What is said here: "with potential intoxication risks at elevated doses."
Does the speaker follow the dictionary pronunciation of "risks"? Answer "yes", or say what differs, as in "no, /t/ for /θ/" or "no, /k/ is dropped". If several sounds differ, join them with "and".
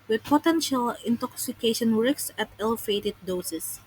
no, /w/ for /ɹ/